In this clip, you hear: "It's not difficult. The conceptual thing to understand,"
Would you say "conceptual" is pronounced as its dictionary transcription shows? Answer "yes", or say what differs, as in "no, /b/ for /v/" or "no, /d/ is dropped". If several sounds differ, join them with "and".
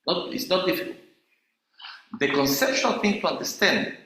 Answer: no, /ʃ/ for /tʃ/